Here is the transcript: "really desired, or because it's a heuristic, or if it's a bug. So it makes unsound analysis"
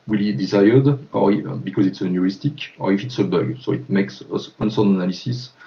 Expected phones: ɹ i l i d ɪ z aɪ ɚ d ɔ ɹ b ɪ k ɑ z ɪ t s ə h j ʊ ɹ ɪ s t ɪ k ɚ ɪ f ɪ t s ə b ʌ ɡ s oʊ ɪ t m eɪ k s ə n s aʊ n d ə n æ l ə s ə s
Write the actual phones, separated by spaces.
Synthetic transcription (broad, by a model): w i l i d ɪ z aɪ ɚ d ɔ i b ɪ k ɑ z ɪ t s ə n j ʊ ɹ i s t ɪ k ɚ ɪ f ɪ t s ə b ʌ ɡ s oʊ ɪ t m eɪ k s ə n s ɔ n ə n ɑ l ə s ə s